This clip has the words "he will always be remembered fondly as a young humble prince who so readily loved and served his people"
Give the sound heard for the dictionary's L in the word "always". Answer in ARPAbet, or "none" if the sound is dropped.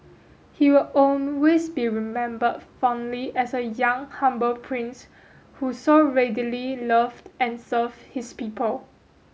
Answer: N